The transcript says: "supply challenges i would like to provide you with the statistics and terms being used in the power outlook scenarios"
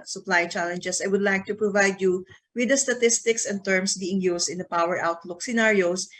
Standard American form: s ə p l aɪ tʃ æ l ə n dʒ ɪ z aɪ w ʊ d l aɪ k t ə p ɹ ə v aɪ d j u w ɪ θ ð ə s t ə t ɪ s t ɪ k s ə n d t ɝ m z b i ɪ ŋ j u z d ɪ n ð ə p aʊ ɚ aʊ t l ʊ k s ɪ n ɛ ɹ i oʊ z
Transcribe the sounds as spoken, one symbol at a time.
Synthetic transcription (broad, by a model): s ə p l aɪ tʃ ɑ l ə n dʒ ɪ s aɪ w ʊ d l aɪ k t ə p ɹ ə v aɪ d j u w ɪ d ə s t ə t ɪ s t ɪ k s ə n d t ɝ m s b i ɪ ŋ j u s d ɪ n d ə p aʊ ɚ aʊ t l ʊ k s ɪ n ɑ ɹ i oʊ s